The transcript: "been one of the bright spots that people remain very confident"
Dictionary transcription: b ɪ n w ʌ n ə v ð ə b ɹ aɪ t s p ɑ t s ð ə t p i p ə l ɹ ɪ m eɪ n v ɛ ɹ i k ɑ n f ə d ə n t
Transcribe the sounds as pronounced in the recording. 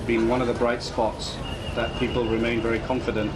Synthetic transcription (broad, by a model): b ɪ n w ʌ n ə v ð ə b ɹ aɪ t s p ɑ t s ð ə t p i p ə l ɹ ɪ m eɪ n v ɛ ɹ i k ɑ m f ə d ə n t